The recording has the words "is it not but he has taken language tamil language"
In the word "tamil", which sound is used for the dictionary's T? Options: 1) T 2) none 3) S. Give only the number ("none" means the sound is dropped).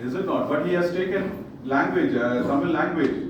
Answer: 3